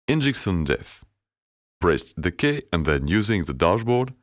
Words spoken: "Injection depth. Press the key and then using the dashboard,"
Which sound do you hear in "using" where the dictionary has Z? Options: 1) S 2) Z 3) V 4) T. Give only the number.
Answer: 2